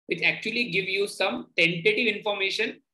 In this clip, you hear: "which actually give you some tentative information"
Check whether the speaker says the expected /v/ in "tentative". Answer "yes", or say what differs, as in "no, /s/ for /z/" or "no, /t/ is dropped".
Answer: yes